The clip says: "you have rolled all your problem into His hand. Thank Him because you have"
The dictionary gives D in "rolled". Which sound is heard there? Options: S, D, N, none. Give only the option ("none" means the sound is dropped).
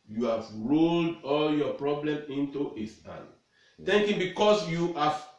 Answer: D